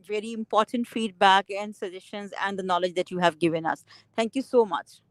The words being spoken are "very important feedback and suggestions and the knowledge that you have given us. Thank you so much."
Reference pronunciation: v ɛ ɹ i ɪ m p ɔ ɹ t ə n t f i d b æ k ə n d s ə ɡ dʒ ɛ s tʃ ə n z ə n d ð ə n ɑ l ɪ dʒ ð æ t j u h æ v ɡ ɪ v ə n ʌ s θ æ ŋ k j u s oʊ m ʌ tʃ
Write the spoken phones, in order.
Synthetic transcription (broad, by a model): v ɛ ɹ i ɪ m p ɔ ɹ t ə n t f i d b æ k ə n d s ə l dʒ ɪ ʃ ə n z ə n d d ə n ɑ l ɪ dʒ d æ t j u h æ v ɡ ɪ v ə n ʌ s t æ ŋ k j u s oʊ m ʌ tʃ